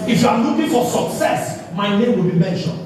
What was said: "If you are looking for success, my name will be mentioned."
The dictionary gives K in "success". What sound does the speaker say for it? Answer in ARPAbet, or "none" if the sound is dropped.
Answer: K